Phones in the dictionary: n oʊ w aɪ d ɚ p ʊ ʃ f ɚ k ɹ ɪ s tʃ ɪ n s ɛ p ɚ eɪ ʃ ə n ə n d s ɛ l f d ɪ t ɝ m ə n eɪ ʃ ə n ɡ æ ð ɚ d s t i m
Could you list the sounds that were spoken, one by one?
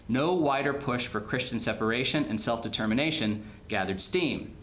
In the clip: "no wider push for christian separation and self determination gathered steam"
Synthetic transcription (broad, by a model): n oʊ w aɪ d ɚ p ʊ ʃ f ɚ k ɹ ɪ s tʃ ɪ n s ɛ p ɚ eɪ ʃ ə n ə n s ɛ l f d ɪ t ɝ m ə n eɪ ʃ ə n ɡ æ ð ɚ d s t i m